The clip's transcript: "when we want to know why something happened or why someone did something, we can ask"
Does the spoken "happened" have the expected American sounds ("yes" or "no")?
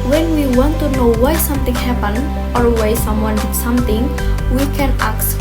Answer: no